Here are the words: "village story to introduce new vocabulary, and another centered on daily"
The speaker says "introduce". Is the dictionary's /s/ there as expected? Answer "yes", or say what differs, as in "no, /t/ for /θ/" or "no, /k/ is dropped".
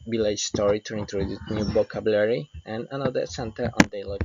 no, /s/ is dropped